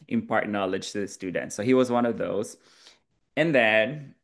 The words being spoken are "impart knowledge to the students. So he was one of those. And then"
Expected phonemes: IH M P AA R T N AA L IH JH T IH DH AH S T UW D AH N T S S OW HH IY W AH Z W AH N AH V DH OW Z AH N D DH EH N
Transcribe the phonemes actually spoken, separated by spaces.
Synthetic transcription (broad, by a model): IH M P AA R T N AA L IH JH T IH DH AH S T UW D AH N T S S OW HH IY W AH Z W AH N AH V DH OW Z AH N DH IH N